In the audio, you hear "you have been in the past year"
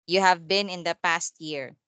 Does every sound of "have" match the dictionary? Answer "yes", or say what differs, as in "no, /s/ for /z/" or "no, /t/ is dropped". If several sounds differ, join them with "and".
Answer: yes